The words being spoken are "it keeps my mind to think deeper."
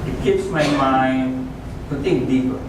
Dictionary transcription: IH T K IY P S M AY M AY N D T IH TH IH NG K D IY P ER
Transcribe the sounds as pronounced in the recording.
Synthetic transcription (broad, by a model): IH T K IY P S M AY M AY N D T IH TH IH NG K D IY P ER